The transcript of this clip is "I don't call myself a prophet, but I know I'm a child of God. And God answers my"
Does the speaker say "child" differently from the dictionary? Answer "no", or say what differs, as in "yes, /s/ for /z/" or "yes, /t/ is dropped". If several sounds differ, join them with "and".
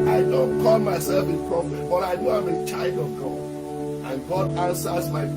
no